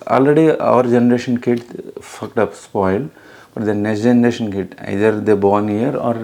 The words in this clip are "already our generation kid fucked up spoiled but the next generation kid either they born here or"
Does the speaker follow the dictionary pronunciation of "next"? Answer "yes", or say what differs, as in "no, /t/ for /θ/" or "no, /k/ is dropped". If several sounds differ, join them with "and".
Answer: no, /k/ is dropped